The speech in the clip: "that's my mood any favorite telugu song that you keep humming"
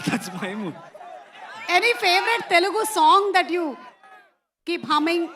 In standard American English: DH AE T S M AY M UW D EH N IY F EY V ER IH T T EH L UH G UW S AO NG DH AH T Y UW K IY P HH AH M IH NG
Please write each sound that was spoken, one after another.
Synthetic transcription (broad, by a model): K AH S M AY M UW EH N IY F EY V ER IH T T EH L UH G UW S AO NG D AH T Y UW K IY P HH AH M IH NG